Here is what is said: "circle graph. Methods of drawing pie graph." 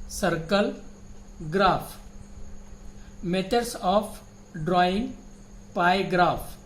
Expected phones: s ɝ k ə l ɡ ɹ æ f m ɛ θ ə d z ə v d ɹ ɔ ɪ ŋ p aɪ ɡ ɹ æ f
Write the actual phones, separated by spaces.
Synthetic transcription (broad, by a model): s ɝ k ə l ɡ ɹ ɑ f m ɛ t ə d s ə f d ɹ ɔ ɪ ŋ p aɪ ɡ ɹ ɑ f